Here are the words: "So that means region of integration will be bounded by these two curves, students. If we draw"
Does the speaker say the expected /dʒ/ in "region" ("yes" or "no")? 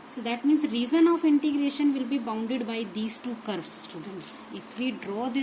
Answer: no